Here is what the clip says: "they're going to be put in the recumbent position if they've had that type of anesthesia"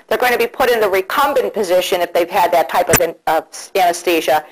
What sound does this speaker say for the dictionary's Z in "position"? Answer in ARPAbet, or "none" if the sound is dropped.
Z